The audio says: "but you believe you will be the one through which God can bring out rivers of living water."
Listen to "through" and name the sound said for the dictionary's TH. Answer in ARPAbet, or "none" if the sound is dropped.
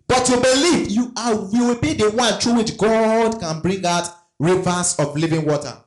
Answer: T